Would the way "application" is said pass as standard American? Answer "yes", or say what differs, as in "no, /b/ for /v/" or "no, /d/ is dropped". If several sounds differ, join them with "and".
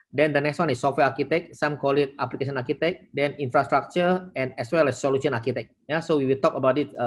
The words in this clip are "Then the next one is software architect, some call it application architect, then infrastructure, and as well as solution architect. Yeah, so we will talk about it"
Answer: no, /s/ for /ʃ/